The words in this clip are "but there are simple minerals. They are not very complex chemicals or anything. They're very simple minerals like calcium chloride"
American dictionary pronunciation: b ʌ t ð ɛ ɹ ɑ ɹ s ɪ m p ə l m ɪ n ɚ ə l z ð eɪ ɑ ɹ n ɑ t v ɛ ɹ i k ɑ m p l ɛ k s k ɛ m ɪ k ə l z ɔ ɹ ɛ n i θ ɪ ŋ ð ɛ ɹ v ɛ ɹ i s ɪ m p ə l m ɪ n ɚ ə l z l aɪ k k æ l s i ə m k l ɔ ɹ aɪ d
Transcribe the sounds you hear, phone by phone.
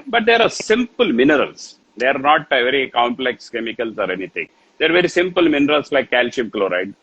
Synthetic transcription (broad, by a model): b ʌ t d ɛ ɹ ɑ ɹ s ɪ m p ə l m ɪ n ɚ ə l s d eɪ ɑ ɹ n ɑ t v ɛ ɹ i k ɑ m p l ɛ k s k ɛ m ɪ k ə l s ɔ ɹ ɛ n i t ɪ ŋ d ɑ ɹ v ɛ ɹ i s ɪ m p ə l m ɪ n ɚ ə l s l aɪ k k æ l ʃ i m k l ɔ ɹ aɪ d